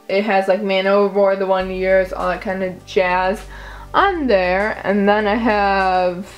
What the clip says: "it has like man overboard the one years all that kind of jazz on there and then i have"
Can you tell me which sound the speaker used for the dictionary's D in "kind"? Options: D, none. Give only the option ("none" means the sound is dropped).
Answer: D